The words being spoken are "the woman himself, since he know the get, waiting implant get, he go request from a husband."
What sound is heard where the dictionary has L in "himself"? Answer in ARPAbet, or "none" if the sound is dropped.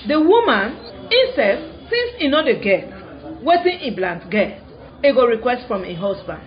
none